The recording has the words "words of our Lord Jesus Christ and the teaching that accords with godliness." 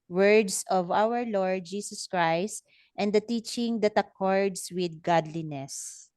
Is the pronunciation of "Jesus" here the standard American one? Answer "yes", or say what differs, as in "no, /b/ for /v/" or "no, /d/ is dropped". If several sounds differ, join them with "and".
no, /s/ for /z/